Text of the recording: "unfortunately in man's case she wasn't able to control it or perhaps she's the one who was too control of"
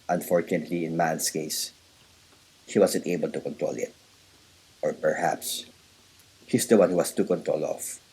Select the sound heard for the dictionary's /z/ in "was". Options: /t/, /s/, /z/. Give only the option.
/s/